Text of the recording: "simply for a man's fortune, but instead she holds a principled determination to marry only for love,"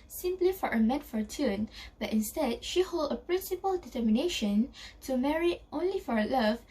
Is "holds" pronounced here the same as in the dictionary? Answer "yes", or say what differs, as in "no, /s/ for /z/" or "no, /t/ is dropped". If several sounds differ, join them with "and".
no, /z/ is dropped